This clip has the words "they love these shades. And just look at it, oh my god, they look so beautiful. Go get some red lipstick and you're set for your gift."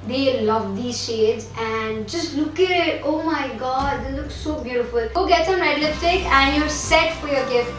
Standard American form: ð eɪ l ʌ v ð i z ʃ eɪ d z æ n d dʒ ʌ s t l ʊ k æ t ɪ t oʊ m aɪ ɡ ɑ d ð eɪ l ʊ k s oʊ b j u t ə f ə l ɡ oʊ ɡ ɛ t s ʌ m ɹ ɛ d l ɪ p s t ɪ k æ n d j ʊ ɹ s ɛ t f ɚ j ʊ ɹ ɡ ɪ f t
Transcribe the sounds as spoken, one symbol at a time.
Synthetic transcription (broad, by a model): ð eɪ l ʌ v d i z ʃ eɪ d z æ n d dʒ ʌ s t l ʊ k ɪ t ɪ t oʊ m aɪ ɡ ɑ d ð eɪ l ʊ k s oʊ b j u t ə f ə l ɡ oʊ ɡ ɛ t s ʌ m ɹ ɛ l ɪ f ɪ k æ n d j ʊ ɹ s ɛ t f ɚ j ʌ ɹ ɡ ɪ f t